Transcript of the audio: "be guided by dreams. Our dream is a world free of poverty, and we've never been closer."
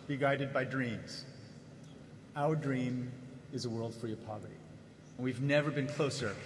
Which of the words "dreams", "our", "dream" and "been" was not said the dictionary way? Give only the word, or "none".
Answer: none